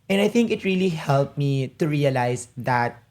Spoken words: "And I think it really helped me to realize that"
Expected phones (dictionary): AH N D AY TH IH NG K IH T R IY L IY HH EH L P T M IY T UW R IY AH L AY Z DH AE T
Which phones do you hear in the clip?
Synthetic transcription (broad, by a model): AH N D AY TH IH NG K IH T R IY L IY HH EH L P M IY T UW R IY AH L AY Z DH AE T